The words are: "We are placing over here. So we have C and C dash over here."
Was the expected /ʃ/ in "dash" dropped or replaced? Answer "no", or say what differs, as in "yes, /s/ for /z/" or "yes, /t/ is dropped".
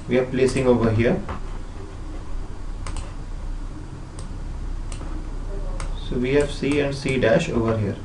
no